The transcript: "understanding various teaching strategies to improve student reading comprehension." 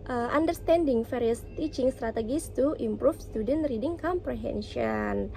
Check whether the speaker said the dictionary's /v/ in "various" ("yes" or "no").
no